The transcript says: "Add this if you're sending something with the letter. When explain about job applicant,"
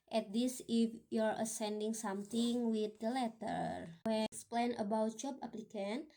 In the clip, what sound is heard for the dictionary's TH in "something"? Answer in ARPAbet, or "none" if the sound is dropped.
T